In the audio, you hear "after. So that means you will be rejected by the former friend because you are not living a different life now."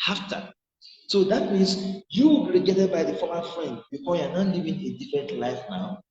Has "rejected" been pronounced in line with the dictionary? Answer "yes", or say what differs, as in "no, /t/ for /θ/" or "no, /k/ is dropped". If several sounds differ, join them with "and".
no, /k/ is dropped